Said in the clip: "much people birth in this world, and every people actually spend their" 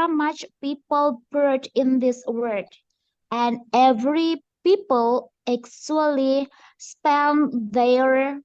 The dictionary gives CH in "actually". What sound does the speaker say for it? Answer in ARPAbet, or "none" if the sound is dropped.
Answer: S